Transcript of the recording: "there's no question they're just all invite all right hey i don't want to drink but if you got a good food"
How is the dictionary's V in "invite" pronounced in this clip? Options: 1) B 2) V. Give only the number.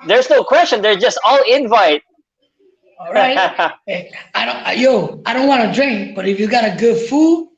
2